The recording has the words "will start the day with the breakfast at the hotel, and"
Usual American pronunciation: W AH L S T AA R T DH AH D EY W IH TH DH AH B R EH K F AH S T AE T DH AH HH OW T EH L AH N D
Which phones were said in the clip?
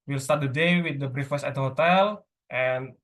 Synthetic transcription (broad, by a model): W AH L S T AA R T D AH D EY W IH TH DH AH B R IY F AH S AE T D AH HH OW T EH L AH N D